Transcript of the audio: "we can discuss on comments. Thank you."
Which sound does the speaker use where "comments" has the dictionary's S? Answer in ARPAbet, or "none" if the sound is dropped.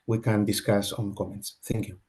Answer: S